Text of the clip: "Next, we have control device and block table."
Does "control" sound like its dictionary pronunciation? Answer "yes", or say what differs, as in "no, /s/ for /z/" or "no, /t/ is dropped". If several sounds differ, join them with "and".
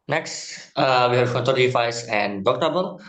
no, /ɹ/ is dropped